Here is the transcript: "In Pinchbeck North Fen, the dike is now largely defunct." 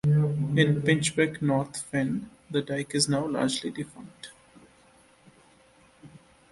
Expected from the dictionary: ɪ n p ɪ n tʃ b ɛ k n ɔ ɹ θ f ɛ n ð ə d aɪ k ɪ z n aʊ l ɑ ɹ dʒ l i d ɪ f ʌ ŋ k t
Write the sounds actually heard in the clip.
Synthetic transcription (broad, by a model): ɪ n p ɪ n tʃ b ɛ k n ɔ ɹ t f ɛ n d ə d aɪ k ɪ z n aʊ l ɑ ɹ dʒ l i d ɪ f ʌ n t